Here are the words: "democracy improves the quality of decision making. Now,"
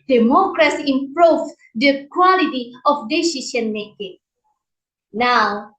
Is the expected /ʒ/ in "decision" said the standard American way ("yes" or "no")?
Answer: no